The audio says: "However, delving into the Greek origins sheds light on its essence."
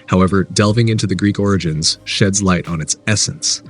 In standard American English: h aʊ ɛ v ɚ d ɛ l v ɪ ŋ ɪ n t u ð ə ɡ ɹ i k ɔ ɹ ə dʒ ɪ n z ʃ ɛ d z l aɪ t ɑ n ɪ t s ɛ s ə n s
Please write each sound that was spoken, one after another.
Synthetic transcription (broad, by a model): h aʊ ɛ v ɚ d ɛ l v ɪ ŋ ɪ n t u ð ə ɡ ɹ i k ɔ ɹ ə dʒ ɪ n z ʃ ɛ d z l aɪ t n ɪ t s ɛ s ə n s